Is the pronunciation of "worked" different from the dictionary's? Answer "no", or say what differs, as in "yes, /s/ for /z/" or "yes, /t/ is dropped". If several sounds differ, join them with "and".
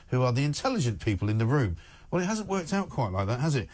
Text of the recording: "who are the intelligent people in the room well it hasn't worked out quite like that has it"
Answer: no